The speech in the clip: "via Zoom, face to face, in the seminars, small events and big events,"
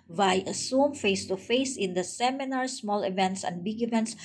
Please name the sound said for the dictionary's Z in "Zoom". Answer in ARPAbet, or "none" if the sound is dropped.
S